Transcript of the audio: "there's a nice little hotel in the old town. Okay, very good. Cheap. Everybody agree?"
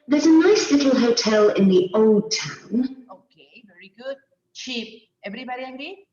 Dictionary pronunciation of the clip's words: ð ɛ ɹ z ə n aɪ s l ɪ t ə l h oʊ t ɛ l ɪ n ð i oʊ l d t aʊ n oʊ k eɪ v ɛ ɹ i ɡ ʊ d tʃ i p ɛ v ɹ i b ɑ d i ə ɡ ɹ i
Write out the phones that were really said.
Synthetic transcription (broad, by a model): ð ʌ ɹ z ə n aɪ s l ɪ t l h oʊ t ɛ l ɪ n ð i oʊ l d t aʊ n oʊ k eɪ v ɛ ɹ i ɡ ʊ d tʃ i p ɛ v ɹ i b ɑ d i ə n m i